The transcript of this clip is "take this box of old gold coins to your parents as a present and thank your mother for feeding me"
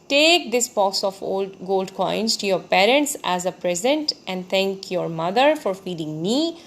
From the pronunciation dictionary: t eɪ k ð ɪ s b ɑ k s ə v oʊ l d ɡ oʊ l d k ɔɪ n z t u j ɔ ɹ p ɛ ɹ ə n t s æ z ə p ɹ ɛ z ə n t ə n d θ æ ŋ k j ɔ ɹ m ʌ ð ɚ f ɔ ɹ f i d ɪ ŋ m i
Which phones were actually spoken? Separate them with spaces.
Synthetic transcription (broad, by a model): t eɪ k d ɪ s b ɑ s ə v oʊ l d ɡ oʊ l d k ɔɪ n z t u j ɔ ɹ p ɛ ɹ ə n t s æ z ə p ɹ ɛ z ə n t ə n d t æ ŋ k j ɔ ɹ m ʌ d ɚ f ɔ ɹ f i d ɪ ŋ m i